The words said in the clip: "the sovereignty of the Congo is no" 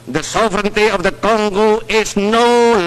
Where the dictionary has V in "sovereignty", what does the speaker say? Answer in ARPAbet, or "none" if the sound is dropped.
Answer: V